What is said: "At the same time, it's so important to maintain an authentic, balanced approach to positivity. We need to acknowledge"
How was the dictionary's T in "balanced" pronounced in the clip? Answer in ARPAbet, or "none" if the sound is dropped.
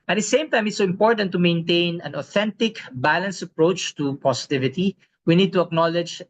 none